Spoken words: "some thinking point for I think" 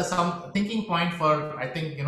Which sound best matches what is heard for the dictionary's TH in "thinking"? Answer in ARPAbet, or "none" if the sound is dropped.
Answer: T